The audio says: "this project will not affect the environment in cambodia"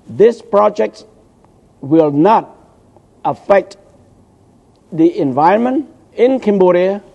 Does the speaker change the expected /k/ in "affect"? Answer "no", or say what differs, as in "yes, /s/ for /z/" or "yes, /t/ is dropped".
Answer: no